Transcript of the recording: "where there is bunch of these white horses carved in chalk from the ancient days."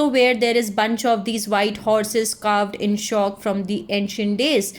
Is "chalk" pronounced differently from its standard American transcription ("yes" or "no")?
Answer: yes